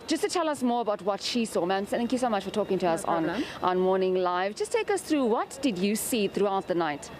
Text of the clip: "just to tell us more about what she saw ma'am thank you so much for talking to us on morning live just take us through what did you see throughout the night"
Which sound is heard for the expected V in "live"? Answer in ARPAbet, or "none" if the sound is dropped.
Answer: V